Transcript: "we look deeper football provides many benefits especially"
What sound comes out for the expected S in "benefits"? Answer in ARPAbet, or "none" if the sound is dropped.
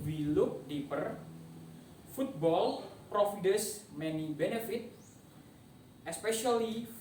none